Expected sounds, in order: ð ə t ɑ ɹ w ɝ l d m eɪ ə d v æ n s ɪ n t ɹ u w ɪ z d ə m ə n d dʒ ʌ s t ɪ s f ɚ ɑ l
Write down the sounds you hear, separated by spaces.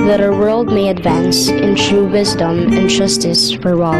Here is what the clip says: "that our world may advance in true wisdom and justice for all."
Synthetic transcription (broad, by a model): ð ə t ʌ w ɝ l d m eɪ ə d v æ n s ɪ n t ɹ u w ɪ z d ə m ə n dʒ ʌ s t ɪ s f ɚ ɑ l